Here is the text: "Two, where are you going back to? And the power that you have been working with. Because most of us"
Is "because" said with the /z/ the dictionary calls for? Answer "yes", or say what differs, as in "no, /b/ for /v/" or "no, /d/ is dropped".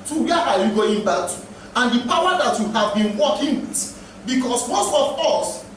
no, /s/ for /z/